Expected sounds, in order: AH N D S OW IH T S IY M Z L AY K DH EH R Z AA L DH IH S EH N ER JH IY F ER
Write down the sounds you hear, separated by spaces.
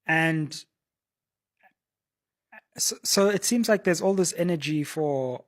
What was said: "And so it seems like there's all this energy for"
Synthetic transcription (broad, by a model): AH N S S OW IH T S IY M Z L AY K DH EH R Z AA L DH IH S EH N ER JH IY F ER